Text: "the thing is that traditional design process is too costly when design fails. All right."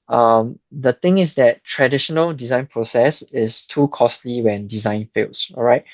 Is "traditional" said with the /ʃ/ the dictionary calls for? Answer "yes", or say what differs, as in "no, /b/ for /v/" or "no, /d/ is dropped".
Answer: yes